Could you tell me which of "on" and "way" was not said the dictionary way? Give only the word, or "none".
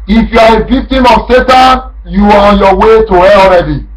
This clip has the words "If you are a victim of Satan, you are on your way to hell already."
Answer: none